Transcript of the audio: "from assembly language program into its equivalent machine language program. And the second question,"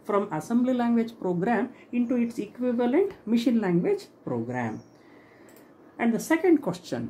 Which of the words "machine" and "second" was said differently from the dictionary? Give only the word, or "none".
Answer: none